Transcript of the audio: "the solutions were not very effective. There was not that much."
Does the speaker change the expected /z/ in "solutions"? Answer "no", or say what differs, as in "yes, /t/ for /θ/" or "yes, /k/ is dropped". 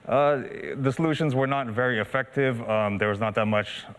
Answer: no